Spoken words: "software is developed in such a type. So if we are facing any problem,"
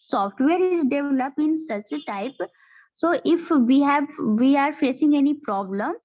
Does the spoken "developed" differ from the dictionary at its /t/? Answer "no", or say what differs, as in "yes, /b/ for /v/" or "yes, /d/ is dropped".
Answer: yes, /t/ is dropped